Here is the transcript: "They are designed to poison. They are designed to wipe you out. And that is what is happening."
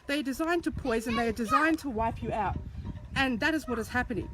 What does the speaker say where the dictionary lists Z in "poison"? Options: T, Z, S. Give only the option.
Z